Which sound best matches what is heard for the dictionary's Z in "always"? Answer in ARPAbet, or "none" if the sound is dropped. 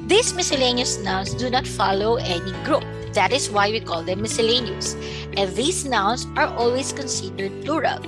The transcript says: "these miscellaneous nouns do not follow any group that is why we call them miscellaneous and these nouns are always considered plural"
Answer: S